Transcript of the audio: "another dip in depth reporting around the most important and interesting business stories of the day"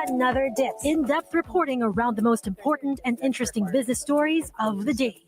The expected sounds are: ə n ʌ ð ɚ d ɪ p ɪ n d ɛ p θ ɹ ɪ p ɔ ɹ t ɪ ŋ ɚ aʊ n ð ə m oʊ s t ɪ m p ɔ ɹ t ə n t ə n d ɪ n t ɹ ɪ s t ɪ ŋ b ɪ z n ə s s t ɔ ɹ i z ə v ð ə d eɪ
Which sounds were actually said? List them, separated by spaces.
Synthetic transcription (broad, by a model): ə n ʌ ð ɚ d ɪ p ɪ n d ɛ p t ɹ ɪ p ɔ ɹ t ɪ ŋ ɚ aʊ n ð ə m oʊ s t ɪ m p ɔ ɹ t n t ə n ɪ n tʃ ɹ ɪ s t ɪ ŋ b ɪ z n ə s s t ɔ ɹ i z ə v ð ə d eɪ